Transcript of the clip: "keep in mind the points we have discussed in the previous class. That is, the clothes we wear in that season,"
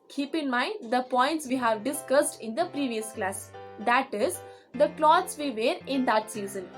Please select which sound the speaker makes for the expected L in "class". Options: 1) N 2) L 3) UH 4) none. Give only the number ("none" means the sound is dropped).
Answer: 2